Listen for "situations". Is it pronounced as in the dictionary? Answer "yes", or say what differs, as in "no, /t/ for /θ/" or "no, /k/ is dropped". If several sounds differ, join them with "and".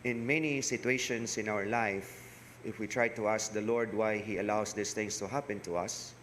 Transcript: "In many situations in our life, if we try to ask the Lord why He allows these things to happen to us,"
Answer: no, /s/ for /z/